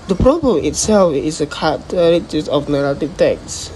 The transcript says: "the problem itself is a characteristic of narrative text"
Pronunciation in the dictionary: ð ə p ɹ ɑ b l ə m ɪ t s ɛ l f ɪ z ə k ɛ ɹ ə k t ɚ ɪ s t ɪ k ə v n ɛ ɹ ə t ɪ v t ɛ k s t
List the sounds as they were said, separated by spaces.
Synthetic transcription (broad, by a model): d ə p ɹ ɑ b l ə m ɪ t s ɛ l f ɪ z ə k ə t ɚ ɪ t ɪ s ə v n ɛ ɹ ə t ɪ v t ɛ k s